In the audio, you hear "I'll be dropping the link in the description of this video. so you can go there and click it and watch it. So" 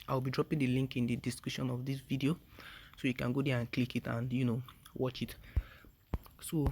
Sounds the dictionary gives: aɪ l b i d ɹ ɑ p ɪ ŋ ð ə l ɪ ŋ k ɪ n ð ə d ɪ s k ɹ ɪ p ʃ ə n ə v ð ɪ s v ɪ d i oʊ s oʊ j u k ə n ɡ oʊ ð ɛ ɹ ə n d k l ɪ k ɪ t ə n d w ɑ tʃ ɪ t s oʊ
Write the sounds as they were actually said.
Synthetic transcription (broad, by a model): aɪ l b i d ɹ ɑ p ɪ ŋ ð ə l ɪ ŋ k ɪ n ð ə d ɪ s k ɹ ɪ ʃ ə n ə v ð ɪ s v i d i oʊ s oʊ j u k ə n ɡ oʊ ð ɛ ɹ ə n k l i k ɪ t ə n d w ɑ tʃ ɪ t s oʊ